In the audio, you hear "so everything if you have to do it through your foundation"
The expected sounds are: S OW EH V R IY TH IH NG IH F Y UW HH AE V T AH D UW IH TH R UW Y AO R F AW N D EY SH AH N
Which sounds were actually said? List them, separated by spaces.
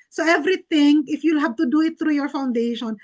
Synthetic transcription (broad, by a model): S OW EH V R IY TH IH NG IH F Y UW HH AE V T AH D UW IH T R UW Y AO R F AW N D EY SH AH N